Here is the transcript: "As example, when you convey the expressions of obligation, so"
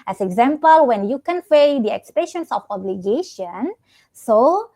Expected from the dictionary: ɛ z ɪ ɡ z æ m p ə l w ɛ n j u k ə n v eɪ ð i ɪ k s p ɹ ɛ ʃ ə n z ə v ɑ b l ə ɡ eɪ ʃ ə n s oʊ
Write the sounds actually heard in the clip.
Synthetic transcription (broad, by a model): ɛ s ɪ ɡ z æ m p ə l w ɛ n j u k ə n f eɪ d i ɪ k s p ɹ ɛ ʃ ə n s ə f ɑ b l ə ɡ eɪ ʃ ə n s oʊ